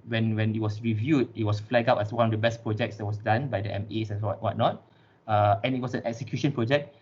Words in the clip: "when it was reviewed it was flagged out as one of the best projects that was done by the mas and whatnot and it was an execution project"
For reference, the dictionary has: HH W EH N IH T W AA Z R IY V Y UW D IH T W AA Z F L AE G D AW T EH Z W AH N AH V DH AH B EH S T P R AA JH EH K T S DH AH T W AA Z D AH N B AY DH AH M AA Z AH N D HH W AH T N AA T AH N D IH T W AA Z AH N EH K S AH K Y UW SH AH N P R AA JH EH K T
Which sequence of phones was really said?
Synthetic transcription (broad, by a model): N W EH N IH T W AA S R IY V Y UW D IH T W AA S F L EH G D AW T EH S W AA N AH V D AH B EH S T P R AA JH EH K T S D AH T W AA S D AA N B AY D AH M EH S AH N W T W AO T N AA T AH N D IH T W AA S AH N EH K S AH K Y UW SH AH N P R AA JH EH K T